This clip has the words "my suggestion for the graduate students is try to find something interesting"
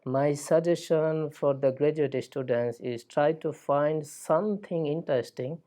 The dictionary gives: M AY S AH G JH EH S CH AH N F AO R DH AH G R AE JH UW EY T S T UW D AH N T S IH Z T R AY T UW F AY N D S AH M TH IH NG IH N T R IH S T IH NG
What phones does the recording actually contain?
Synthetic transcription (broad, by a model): M AY S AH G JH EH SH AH N F AO R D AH G R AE JH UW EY T S T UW D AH N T S IH Z T R AY T UW F AY N D S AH M T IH NG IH N T R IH S T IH NG